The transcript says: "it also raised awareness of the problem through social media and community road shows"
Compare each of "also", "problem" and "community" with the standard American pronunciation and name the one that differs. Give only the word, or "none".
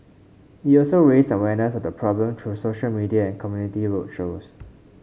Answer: none